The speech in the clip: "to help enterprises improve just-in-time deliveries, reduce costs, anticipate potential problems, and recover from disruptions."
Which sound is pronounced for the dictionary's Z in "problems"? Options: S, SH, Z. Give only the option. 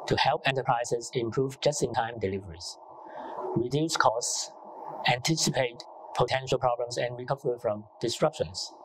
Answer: S